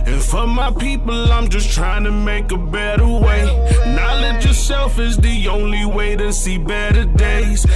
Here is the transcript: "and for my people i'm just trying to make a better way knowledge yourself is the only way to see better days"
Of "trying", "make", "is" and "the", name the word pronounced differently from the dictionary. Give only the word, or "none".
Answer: none